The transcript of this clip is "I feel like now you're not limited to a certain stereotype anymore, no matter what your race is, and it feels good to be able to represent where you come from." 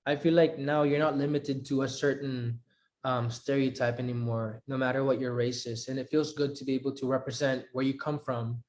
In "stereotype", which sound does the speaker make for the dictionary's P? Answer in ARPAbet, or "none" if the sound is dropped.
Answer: P